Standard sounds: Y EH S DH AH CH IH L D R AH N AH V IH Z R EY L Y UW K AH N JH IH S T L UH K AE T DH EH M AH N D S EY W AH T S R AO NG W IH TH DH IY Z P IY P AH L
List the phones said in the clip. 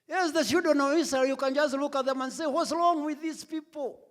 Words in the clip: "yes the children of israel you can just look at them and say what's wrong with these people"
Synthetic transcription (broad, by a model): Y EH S DH AH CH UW D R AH N AH V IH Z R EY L Y UW K AH N JH IH S T L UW K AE T DH EH M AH N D S EY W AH T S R AO NG W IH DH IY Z P IY P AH L